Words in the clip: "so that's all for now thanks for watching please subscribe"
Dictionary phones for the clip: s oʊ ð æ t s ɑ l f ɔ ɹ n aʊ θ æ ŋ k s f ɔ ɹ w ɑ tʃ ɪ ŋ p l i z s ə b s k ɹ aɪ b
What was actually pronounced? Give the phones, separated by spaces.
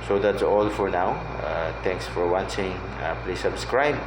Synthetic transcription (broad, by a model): s oʊ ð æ t s ɑ l f ɔ ɹ n aʊ t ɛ ŋ k s f ɔ ɹ w ɑ tʃ ɪ ŋ p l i s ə b s k ɹ aɪ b